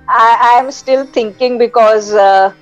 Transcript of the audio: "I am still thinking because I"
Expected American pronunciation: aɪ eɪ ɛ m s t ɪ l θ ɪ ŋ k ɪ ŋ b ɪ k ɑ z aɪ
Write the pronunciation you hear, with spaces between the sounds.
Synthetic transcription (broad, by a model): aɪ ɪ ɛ m s t ɪ l t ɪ ŋ k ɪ ŋ b ɪ k ɑ z